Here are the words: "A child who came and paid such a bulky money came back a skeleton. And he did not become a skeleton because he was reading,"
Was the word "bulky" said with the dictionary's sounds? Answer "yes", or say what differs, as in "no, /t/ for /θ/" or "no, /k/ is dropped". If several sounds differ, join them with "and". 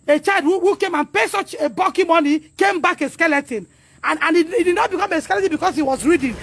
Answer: no, /l/ is dropped